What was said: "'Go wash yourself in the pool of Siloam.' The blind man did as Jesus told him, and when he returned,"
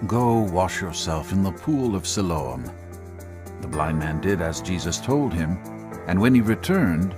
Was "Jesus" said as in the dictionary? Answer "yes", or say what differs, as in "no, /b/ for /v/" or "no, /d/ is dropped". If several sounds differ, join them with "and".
yes